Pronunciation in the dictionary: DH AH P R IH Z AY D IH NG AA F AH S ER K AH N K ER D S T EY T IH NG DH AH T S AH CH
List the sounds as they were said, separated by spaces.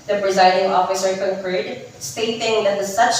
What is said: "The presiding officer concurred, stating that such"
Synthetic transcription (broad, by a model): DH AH P R IH Z AY D IH NG AA F AH S ER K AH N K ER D S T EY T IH NG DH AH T S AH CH